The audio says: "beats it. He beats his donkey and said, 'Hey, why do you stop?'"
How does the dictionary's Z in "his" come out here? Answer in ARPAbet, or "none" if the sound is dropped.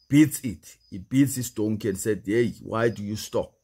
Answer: S